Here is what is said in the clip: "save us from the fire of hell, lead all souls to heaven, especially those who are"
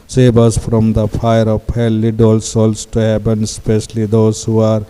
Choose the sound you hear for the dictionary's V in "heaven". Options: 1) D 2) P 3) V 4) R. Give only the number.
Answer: 2